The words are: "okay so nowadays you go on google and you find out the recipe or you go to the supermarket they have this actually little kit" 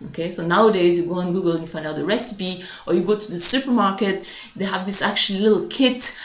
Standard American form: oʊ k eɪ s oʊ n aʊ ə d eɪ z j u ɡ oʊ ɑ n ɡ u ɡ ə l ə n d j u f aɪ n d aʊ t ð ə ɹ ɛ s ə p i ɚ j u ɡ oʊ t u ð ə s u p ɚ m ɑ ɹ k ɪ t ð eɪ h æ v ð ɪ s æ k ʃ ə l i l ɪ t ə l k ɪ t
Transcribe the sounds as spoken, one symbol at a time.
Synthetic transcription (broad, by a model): oʊ k eɪ s oʊ n aʊ ə d eɪ z j u ɡ oʊ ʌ n ɡ u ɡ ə l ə n j u f aɪ n d aʊ t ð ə ɹ ɛ s ə p i ɚ j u ɡ oʊ t u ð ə s u p ɚ m ɑ ɹ k ɪ t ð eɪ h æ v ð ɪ s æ k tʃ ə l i l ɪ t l k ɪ t